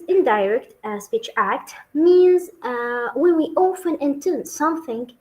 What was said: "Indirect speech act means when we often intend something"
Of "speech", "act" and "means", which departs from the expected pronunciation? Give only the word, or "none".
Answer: none